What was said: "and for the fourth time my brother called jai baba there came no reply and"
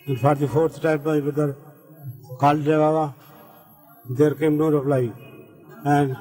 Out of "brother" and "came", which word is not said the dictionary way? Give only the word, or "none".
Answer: brother